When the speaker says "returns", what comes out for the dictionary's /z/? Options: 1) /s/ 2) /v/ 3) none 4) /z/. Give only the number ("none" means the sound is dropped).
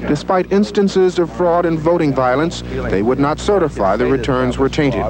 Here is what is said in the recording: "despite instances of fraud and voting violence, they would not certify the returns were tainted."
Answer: 4